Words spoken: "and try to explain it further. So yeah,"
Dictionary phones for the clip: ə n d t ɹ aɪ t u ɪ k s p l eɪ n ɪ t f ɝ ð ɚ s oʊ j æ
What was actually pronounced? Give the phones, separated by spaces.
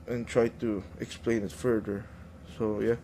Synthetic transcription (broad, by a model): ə n t ɹ aɪ t u ɪ k s p l eɪ n ɪ t f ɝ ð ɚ s oʊ j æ